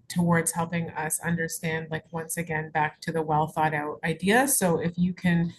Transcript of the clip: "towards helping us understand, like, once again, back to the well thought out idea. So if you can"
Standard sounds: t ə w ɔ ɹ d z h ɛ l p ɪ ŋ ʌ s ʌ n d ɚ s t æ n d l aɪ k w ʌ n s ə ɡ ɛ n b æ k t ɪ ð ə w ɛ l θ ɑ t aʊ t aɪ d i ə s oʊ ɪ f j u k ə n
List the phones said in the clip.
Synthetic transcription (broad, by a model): t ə w ɔ ɹ d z h ɛ l p ɪ ŋ ʌ s ʌ n d ɚ s t æ n d l aɪ k w ʌ n s ə ɡ ɛ n b æ k t ɪ ð ə w ɛ l θ ɑ t aʊ t aɪ d i ə s oʊ ɪ f j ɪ k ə n